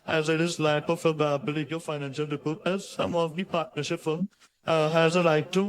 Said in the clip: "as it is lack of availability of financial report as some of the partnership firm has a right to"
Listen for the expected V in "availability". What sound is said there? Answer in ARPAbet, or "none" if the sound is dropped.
F